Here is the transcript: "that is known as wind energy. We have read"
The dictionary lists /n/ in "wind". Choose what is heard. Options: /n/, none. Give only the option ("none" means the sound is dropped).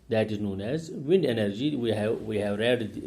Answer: /n/